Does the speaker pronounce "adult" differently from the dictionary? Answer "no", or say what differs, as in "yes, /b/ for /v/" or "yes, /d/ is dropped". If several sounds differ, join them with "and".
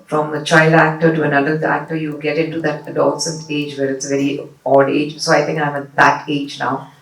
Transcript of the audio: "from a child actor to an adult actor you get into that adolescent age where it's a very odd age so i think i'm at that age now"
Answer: yes, /l/ is dropped